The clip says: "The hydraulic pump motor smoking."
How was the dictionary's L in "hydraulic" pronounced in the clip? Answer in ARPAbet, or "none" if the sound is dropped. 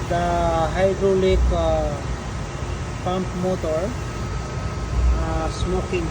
L